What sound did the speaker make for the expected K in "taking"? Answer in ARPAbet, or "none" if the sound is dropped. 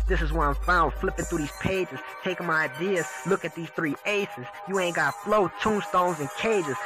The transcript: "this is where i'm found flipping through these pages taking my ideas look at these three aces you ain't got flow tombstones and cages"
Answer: none